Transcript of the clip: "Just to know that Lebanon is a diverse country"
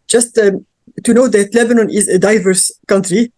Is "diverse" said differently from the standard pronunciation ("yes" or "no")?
no